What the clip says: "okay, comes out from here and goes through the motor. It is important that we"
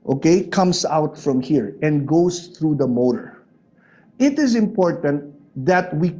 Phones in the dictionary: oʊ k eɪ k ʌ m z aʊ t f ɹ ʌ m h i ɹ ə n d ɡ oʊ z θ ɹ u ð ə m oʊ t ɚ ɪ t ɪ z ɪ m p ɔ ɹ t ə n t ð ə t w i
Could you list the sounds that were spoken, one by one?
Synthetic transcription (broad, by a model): oʊ k eɪ k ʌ m s aʊ t f ɹ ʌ m h i ɹ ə n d ɡ oʊ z θ ɹ u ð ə m oʊ t ɚ ɪ t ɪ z ɪ m p ɔ ɹ t ə n t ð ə t w i